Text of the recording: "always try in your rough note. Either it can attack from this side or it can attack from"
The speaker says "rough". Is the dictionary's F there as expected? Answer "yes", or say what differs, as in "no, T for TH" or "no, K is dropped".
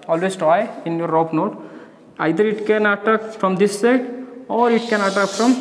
no, P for F